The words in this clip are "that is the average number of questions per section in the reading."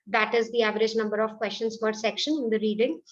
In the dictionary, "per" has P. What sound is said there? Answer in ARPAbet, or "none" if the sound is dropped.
F